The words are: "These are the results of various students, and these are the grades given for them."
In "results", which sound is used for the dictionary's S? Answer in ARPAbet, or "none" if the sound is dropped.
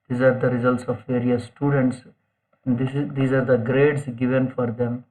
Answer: S